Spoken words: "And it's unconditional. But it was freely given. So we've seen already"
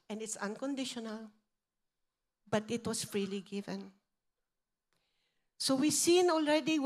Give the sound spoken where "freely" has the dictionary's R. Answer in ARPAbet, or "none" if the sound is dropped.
R